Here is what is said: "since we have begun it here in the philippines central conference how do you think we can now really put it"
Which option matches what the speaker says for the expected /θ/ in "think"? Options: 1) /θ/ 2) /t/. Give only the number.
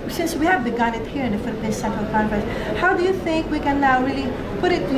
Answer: 1